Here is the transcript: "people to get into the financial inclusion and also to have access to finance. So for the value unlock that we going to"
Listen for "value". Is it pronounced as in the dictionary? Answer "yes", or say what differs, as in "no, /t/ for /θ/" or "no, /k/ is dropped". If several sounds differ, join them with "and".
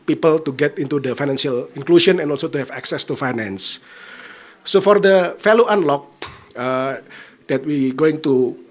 no, /f/ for /v/